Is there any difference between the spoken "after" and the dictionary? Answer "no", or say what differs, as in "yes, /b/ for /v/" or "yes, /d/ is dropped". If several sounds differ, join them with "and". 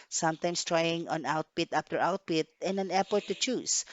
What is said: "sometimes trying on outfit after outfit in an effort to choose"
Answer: yes, /p/ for /f/